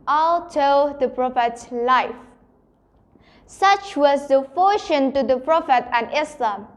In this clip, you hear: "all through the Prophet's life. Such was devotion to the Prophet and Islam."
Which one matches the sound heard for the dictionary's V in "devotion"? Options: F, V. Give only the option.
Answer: F